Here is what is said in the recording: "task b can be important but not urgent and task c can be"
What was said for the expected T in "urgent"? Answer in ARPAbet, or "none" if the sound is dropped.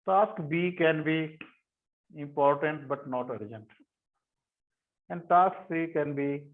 T